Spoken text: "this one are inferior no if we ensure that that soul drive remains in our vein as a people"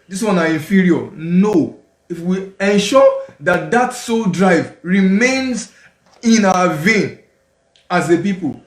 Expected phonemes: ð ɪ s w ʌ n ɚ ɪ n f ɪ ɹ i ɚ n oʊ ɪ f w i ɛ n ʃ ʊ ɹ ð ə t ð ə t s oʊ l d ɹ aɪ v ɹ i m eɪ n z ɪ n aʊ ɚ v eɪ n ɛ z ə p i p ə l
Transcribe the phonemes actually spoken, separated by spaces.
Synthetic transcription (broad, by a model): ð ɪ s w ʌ n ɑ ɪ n f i ɹ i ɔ n oʊ ɪ f w i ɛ n ʃ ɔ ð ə t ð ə t s oʊ l d ɹ aɪ v ɹ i m eɪ n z ɪ n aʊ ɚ v eɪ n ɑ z ə p i p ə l